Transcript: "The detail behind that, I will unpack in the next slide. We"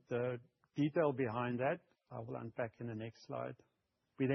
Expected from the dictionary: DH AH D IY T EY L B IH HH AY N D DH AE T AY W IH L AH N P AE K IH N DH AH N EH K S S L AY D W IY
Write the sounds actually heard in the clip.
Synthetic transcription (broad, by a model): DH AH D IY T EY L B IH HH AY N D DH AE T AY W IH L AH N B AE K IH N DH AH N EH K S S L AY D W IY